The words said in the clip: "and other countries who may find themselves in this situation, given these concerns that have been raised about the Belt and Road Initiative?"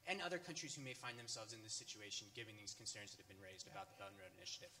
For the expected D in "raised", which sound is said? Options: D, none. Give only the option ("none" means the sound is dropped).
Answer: D